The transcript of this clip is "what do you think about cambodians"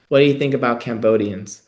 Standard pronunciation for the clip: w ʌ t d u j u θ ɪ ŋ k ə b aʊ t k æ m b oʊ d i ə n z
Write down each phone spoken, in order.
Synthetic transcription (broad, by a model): w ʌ t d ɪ j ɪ θ ɪ ŋ k ə b aʊ t k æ m b oʊ d i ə n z